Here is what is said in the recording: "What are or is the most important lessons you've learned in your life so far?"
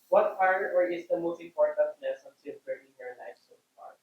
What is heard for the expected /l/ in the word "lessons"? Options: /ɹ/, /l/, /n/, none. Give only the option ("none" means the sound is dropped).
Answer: /n/